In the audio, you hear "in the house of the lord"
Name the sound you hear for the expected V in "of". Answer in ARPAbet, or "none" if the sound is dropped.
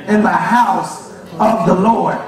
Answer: V